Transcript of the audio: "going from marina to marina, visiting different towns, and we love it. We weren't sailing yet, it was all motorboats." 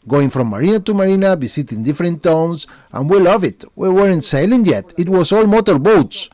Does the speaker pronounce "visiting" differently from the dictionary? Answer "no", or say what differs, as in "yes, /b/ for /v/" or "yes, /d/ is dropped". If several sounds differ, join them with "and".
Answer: yes, /b/ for /v/ and /s/ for /z/